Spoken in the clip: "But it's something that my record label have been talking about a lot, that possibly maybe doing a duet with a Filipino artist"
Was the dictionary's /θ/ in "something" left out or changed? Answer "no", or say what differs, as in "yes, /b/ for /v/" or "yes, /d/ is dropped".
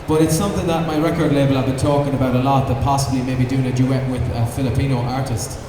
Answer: no